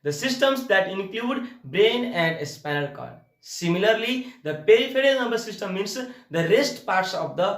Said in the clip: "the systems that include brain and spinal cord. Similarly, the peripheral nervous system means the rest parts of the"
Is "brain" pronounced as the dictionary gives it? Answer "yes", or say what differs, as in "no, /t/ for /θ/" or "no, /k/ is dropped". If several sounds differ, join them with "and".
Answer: yes